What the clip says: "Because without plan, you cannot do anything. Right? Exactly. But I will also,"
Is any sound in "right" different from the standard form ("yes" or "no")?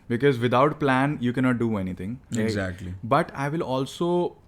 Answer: yes